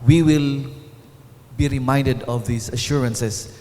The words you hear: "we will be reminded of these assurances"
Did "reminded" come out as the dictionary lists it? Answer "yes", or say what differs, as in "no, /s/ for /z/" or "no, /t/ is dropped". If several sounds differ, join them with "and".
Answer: yes